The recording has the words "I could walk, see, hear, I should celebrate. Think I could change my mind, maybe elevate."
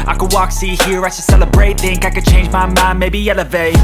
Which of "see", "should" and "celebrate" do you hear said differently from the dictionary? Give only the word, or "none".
should